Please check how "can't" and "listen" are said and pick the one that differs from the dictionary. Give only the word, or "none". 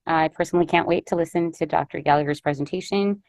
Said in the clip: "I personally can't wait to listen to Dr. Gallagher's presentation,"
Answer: none